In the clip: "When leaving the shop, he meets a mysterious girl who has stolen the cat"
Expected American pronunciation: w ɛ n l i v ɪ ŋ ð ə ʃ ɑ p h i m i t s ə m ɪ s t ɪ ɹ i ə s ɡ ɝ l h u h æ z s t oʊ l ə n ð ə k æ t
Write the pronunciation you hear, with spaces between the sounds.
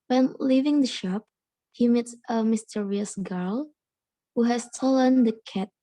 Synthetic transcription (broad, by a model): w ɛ n l i v ɪ ŋ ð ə ʃ ɑ p h i m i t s ə m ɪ s t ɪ ɹ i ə s ɡ ɝ l h u h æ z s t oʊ l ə n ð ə k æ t